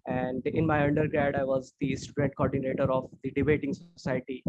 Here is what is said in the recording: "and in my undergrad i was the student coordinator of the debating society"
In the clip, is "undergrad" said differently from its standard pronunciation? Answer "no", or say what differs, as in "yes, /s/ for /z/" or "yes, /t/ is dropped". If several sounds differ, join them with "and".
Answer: no